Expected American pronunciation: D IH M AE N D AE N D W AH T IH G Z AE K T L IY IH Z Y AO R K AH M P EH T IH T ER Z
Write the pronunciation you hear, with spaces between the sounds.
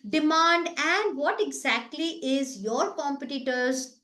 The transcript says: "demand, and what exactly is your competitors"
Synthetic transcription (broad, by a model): D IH M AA N D AE N D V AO T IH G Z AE K T L IY IH Z Y AO R K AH M P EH T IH T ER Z